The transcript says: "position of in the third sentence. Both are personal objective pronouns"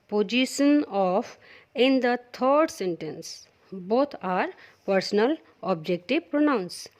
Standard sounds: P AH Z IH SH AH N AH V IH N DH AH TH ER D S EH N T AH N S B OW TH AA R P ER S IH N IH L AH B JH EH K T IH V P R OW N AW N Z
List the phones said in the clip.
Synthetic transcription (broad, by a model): P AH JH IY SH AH N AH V IH N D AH T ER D S EH N T AH N S B OW T AA R P ER S IH N IH L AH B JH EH K T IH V P R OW N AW N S